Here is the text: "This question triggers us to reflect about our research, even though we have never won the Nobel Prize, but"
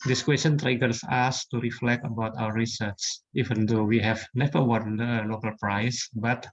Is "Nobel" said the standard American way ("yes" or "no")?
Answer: no